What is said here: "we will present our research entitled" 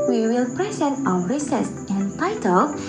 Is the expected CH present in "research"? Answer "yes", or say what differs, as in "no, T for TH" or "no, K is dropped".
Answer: no, S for CH